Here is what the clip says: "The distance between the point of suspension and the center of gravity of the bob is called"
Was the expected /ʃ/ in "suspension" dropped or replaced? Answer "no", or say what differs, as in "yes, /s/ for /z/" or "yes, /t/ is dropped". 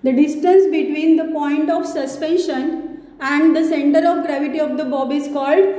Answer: no